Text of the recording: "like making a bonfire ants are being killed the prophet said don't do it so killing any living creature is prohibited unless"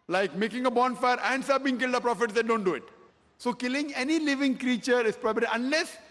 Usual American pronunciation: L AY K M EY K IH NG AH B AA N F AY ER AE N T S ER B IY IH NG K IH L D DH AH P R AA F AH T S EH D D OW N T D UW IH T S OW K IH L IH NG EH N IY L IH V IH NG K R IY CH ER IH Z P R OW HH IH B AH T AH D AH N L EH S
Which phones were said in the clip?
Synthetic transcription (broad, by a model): L AY K M EY K IH NG AH B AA N F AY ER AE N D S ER B IY IH NG K IH L D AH P R AA F AH T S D D OW N T D UW IH T S OW K IH L IH NG EH N IY L IH V IH NG K R IY CH ER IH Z P R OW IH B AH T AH AH N L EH S